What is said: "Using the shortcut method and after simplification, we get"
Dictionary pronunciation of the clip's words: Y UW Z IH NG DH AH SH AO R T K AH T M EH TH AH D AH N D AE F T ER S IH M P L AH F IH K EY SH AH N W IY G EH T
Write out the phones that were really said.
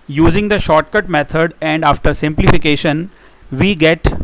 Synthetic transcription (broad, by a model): Y UW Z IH NG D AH SH AO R T K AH T M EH T AH D AH N D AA F T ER S IH M P L AH F IH K EY SH AH N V IY G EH T